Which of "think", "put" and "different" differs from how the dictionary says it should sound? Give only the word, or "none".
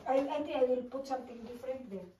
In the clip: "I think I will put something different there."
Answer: think